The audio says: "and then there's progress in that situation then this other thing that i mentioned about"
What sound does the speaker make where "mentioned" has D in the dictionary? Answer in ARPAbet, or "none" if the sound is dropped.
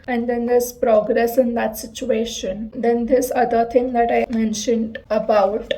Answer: D